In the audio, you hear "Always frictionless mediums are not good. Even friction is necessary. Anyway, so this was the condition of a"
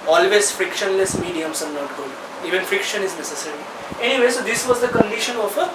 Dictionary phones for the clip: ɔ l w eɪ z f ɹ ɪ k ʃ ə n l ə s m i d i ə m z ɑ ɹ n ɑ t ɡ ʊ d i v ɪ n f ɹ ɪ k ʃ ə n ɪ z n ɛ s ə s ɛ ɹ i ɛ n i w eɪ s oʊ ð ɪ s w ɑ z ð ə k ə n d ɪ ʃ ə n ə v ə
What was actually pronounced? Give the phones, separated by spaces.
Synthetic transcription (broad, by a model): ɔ l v eɪ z f ɹ ɪ k ʃ ə n l ə s m i d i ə m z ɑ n n ɑ t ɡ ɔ i v ɪ n f ɹ ɪ k ʃ ə n ɪ z n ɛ s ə s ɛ ɹ i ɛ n i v eɪ s oʊ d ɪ s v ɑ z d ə k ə n d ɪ ʃ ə n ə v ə